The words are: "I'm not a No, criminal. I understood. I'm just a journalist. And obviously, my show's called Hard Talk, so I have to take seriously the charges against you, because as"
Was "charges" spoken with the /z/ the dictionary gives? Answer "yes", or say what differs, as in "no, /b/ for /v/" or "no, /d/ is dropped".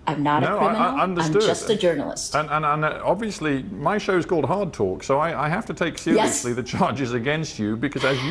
yes